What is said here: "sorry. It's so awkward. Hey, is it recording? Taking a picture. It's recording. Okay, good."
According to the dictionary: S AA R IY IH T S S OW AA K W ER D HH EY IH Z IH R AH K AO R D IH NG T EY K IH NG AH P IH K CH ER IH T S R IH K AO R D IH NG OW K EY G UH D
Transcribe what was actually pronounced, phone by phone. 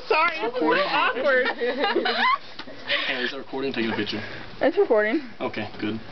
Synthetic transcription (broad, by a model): S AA R IY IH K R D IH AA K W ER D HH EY IH Z IH R AH K AO R D IH NG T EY IH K AH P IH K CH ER IH T S R IH K AO R D IH NG OW K EY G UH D